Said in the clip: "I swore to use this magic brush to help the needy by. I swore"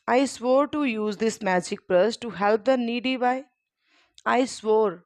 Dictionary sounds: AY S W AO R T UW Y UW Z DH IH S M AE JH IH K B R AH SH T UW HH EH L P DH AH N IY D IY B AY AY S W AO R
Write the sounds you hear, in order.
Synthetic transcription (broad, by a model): AY S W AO R T UW Y UW Z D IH S M AE JH IH K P R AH S T UW HH EH L P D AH N IY D IY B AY AY S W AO R